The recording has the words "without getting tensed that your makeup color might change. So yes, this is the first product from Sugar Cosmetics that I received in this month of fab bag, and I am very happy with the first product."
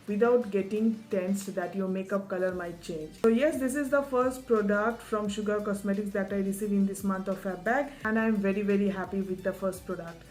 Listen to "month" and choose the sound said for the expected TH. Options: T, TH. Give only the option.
T